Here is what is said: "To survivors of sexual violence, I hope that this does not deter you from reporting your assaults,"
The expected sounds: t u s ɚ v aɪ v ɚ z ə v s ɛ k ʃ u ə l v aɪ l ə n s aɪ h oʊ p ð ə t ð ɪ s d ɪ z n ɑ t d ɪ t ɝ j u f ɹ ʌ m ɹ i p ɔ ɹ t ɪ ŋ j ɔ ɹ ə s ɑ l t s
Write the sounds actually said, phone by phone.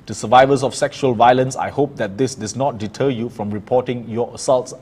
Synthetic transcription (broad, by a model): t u s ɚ v aɪ v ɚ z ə f s ɛ k ʃ u ə l v aɪ l ə n s aɪ h oʊ p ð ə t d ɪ s d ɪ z n ɑ t d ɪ t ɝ j u f ɹ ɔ m ɹ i p ɔ t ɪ ŋ j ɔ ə s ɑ l t s